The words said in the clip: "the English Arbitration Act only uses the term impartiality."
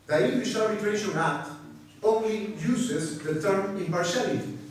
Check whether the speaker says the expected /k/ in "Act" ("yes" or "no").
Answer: no